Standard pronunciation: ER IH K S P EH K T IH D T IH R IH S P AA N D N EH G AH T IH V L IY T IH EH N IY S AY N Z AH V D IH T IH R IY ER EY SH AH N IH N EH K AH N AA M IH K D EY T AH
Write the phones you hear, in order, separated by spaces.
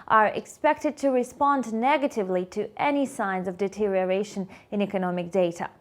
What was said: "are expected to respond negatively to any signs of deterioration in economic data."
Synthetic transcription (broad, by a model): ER IH K S P EH K T IH D T IH R IH S P AA N D N EH G AH T IH V L IY T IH EH N IY S AY N Z AH V D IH T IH R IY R EY SH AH N IH N EH K AH N AA M IH K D EY T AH